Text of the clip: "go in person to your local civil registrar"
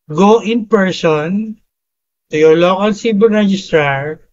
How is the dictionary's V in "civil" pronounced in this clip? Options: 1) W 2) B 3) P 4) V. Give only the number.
2